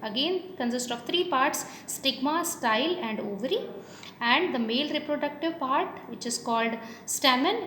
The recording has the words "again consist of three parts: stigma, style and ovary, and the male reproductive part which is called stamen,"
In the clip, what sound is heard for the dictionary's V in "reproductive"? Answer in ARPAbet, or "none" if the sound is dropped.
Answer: V